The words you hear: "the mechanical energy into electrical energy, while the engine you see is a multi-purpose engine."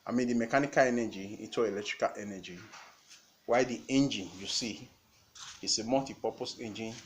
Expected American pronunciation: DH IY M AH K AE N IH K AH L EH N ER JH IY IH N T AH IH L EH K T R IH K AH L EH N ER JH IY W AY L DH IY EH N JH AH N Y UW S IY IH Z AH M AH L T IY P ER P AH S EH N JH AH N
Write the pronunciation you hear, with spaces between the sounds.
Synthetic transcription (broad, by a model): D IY M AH K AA N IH K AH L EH N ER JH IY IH T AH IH L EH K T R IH K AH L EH N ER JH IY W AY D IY EH N JH AH N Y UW S IY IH S AH M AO T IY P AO P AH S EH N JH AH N